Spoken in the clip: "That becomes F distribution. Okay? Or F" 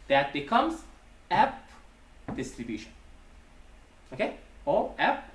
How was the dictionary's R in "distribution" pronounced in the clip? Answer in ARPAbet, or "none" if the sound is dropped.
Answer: R